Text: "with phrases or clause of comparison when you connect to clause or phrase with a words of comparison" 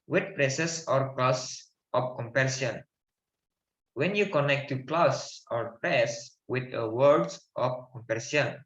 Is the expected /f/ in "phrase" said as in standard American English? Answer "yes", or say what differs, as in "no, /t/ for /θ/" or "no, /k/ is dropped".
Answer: no, /p/ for /f/